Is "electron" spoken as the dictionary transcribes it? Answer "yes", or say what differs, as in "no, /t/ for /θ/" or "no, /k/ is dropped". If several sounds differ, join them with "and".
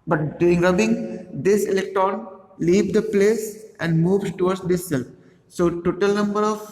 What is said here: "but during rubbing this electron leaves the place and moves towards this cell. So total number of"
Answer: yes